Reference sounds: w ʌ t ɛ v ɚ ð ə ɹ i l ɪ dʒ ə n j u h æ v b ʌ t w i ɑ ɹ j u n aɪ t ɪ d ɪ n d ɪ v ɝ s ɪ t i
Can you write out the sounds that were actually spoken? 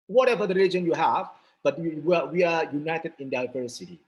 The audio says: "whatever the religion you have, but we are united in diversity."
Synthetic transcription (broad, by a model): w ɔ t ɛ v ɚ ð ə ɹ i l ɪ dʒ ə n j u h æ v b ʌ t w i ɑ w j u n aɪ t ɪ d ɪ n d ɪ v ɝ s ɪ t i